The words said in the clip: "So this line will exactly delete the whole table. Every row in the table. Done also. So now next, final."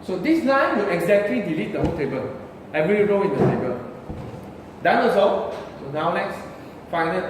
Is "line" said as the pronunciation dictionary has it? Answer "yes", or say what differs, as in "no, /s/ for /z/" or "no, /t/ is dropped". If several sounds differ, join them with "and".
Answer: no, /n/ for /l/